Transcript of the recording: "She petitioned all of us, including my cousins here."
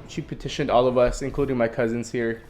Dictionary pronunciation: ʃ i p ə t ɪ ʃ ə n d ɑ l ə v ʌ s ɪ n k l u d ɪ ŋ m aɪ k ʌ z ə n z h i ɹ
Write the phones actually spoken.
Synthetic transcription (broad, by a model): ʃ i p ə t ɪ ʃ ə n d ɑ l ə v ʌ s ɪ n k l u d ɪ ŋ m aɪ k ʌ z ə n z h i ɹ